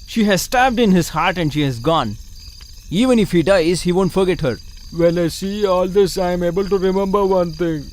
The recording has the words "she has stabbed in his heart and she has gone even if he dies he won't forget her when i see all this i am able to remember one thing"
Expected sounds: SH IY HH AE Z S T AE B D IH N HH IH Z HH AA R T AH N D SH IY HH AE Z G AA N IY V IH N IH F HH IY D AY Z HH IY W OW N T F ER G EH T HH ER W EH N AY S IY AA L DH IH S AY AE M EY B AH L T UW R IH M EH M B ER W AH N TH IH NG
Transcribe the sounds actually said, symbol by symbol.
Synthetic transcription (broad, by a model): SH IY HH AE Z S T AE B D IH N HH IH Z HH AA R T AH N D SH IY HH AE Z G AA N IY V IH N IH F HH IY D AY Z HH IY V OW N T F ER G EH T HH ER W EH L AY S IY AA L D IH S AY M EY B AH L T UW R IH M EH M B ER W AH N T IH NG